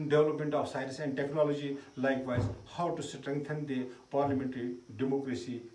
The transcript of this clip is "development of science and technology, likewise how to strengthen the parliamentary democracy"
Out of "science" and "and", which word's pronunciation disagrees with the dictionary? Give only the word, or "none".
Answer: science